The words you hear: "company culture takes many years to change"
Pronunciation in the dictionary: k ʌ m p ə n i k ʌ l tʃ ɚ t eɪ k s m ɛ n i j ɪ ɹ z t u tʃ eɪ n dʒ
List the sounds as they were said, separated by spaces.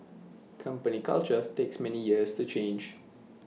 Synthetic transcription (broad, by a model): k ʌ m p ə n i k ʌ l tʃ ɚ t eɪ k s m ɛ n i j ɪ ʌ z t u tʃ eɪ n dʒ